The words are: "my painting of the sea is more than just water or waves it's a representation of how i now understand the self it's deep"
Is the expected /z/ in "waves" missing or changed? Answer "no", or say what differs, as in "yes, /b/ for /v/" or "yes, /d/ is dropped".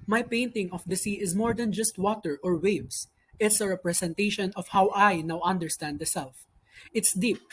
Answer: yes, /s/ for /z/